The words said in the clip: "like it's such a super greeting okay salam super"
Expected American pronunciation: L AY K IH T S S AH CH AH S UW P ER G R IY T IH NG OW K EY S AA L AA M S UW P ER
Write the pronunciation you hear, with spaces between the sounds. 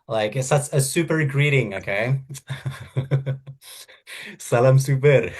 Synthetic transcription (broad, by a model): L AY K IH T S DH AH S AH S UW P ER G R IY T IH NG OW K EY S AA L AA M S UW P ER